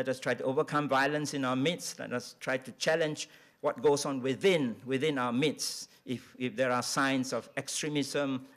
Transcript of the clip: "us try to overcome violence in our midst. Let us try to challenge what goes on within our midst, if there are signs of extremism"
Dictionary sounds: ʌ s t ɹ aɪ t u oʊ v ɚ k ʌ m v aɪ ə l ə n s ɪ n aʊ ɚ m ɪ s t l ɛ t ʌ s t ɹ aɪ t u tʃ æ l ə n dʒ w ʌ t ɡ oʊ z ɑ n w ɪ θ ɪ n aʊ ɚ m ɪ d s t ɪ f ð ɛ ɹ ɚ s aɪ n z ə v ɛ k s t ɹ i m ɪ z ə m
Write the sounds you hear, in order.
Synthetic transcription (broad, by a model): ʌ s t ɹ aɪ t u oʊ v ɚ k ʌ m v aɪ ə l ə n s ɪ n aʊ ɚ m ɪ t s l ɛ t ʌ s t ɹ aɪ t u tʃ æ l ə n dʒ w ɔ t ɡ oʊ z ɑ n w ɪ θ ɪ n aʊ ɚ m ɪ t s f ɪ f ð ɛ ɹ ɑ s aɪ n s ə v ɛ k s t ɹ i m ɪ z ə m